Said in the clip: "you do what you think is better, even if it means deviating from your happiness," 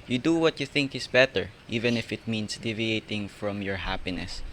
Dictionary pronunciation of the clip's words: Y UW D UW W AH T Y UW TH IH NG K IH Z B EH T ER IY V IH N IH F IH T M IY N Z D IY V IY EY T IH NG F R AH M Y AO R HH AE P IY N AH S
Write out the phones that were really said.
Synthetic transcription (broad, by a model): Y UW D UW W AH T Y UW TH IH NG K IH S B EH T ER IY V IH N IH F IH T M IY N S D IY V IY EY T IH NG F R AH M Y AO R HH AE P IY N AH S